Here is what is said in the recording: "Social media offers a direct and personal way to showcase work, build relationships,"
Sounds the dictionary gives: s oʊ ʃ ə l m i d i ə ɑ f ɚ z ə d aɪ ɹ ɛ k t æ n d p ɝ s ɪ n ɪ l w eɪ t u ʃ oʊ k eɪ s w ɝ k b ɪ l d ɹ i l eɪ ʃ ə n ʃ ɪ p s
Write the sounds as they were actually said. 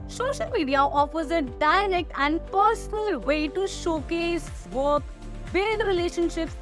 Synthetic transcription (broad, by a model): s oʊ ʃ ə l m i d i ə ɑ f ɚ z ə d aɪ ɹ ɛ k t æ n d p ɝ s ɪ n ɪ l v eɪ t u ʃ oʊ k eɪ s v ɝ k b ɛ d ɹ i l eɪ ʃ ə n ʃ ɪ p s